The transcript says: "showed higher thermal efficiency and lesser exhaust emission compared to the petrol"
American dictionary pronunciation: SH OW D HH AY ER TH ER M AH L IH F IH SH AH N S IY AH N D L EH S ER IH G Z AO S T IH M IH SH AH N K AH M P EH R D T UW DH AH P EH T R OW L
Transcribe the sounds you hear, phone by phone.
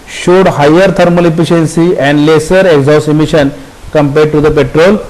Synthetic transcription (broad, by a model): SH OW D HH AY ER T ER M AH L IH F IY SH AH N S IY AH N D L EH S ER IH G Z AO S IH M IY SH AH N K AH M P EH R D T UW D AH P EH T R OW L